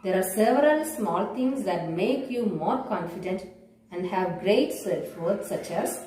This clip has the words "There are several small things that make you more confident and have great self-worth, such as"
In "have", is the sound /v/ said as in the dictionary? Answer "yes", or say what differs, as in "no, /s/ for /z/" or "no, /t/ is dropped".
yes